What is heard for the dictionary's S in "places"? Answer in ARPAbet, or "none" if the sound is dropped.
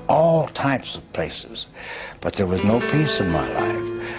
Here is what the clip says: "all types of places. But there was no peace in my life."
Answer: S